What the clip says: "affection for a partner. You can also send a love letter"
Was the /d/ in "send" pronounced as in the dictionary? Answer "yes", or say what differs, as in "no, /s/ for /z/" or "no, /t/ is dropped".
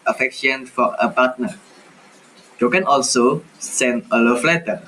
no, /d/ is dropped